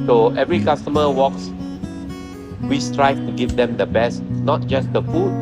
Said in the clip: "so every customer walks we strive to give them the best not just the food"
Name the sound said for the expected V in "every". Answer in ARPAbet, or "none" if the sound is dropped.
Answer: V